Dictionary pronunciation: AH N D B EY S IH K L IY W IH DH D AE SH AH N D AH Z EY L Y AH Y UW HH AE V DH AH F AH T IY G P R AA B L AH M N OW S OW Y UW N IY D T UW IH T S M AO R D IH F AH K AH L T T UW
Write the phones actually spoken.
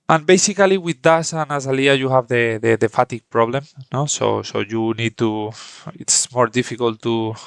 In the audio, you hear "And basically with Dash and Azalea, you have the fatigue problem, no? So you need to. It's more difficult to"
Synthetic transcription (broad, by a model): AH N B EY S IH K L IY W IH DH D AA S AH N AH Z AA L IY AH Y UW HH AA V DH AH F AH T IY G P R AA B L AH M N OW S OW Y UW N IY D T UW IH T S M AO R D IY F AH K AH L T T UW